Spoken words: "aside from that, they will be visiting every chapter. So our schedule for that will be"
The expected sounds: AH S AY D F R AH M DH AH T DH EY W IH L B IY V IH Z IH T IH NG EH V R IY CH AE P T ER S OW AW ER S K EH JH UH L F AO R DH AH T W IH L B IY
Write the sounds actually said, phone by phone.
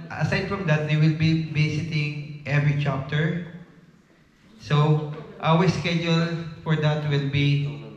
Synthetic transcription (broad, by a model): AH S AY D F R AH M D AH T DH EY W IH L B IY B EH S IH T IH NG EH V R IY CH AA P T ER S OW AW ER S K EH JH UH L F AO R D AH T W IH L B IY